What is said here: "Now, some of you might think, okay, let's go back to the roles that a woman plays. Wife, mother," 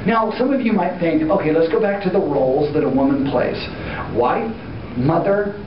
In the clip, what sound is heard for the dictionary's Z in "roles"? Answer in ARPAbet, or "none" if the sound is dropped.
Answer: Z